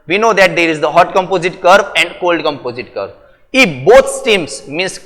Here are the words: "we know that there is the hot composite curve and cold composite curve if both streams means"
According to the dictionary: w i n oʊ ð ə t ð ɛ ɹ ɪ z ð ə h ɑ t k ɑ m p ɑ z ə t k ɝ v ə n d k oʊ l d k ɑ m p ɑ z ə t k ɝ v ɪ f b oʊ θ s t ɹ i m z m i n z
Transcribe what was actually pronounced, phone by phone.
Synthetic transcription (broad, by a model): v i n oʊ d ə t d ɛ ɹ ɪ z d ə h ɑ t k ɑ m p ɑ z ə t k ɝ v ə n d k oʊ l d k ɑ m p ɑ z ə t k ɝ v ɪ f b oʊ t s t i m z m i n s